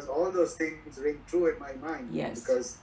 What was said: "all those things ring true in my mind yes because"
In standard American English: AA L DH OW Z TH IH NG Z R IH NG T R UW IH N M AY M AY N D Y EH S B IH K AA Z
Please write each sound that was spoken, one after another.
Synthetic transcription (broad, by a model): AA L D OW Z T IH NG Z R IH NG T R UW IH N M AY M AY N D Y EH B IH K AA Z